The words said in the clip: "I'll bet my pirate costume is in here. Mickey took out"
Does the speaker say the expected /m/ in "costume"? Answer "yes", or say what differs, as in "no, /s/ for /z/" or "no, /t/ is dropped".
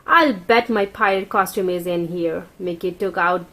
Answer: yes